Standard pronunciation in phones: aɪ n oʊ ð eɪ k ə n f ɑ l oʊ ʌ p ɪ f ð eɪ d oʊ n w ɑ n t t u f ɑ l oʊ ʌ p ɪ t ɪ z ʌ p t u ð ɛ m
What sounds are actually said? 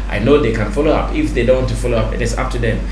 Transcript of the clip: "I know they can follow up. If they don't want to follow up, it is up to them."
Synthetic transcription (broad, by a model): aɪ n oʊ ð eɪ k ə n f ɑ l oʊ ʌ p ɪ f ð eɪ d oʊ n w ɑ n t t u f ɑ l oʊ ʌ p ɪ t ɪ s ʌ p t u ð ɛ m